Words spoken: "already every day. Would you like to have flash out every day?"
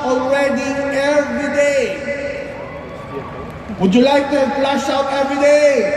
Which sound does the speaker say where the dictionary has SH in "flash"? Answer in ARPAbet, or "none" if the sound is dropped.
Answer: S